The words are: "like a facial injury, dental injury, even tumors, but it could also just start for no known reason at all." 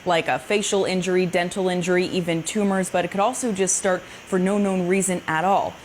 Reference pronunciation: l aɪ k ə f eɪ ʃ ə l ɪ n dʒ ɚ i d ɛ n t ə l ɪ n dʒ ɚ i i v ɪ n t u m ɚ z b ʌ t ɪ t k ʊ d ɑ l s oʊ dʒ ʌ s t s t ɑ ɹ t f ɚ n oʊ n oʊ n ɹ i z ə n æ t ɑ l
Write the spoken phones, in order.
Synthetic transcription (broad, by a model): l aɪ k ə f eɪ ʃ l ɪ n dʒ ɚ i d ɛ n t l ɪ n dʒ ɚ i i v ɪ n t u m ɚ z b ʌ t ɪ t k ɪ d ɑ l s oʊ dʒ ʌ s t s t ɑ ɹ t f ɚ n oʊ n oʊ n ɹ i z ə n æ t ɑ l